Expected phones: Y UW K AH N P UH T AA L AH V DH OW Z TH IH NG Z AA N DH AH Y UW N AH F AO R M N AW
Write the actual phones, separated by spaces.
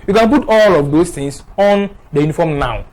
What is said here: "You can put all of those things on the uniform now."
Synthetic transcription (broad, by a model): Y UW K AH N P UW T AA L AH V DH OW S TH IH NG S AA N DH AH Y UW N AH F AO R M N AW